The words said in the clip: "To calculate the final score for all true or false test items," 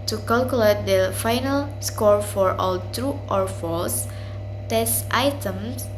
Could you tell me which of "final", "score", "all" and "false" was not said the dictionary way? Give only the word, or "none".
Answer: none